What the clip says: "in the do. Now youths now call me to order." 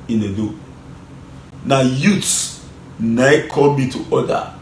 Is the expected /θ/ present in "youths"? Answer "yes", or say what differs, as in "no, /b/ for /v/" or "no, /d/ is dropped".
no, /t/ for /θ/